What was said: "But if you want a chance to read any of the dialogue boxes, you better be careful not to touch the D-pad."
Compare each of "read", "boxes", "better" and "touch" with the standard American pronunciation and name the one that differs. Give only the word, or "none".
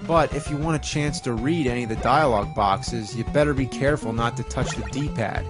none